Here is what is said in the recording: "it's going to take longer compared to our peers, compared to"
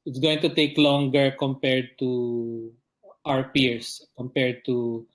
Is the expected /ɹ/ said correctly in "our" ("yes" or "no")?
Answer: yes